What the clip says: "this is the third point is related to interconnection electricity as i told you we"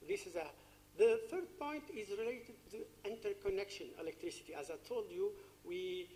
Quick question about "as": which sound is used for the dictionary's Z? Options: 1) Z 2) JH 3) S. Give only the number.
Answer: 1